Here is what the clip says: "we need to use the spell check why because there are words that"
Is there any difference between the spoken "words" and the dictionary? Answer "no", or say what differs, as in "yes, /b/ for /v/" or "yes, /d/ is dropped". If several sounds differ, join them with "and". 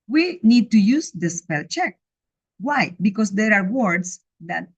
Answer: yes, /s/ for /z/